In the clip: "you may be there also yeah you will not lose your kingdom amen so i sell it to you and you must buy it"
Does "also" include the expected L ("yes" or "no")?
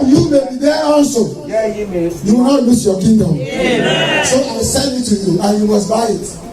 no